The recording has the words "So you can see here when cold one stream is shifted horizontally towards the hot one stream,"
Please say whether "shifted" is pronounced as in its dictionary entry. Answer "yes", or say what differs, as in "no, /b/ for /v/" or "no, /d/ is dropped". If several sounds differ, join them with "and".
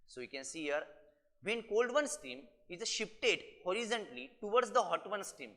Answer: no, /p/ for /f/